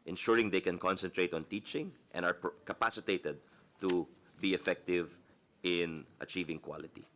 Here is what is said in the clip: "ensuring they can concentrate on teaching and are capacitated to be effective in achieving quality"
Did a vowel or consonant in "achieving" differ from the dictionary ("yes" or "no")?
no